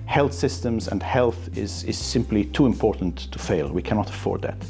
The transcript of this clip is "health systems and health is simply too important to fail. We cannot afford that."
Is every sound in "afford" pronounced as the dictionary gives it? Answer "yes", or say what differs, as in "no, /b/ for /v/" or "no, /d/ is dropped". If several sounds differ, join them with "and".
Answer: yes